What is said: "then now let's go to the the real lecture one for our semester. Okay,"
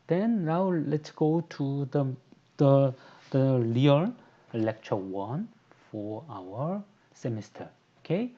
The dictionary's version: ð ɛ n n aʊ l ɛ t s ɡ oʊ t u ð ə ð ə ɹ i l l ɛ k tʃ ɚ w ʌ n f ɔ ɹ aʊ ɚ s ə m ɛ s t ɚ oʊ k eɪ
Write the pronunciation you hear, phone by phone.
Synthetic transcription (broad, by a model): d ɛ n n aʊ l ɛ t s ɡ oʊ t u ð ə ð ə l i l l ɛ k tʃ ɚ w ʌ n f ɔ ɹ aʊ ɚ s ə m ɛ s t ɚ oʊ k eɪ